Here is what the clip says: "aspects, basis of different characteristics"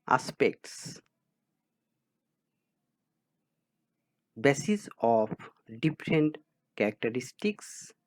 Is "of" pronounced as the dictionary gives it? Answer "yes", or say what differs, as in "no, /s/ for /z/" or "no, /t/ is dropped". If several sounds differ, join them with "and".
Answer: no, /p/ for /v/